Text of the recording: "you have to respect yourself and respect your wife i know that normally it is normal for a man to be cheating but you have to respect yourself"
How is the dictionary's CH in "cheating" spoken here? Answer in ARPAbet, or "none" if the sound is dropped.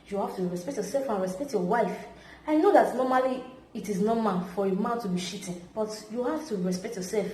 SH